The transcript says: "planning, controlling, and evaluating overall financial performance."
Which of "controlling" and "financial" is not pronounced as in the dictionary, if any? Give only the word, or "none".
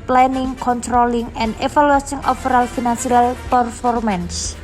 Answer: financial